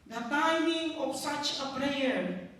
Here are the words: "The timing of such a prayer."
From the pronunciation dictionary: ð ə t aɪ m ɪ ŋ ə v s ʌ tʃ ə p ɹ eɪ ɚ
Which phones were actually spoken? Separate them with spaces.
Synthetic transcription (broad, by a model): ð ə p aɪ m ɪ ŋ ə p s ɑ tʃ ə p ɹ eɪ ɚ